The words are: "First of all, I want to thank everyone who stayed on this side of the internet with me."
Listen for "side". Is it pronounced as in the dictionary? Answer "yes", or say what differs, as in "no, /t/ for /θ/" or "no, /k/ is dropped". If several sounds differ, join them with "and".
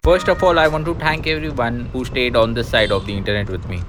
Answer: yes